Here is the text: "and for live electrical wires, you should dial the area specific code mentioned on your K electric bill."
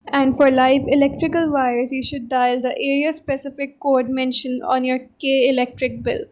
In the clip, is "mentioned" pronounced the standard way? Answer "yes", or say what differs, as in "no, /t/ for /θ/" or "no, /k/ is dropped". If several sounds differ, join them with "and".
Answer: no, /d/ is dropped